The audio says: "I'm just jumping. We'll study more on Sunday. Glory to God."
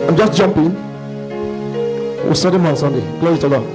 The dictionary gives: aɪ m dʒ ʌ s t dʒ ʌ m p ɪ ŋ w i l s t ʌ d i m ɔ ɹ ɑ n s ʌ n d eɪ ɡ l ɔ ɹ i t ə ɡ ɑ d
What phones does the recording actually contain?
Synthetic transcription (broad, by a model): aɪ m dʒ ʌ s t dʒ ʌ m p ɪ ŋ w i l s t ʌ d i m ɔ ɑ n s ʌ n d eɪ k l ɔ i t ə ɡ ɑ